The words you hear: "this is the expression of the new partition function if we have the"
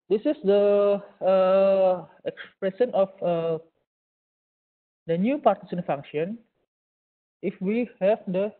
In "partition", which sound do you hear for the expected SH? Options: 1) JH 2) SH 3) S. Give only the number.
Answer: 3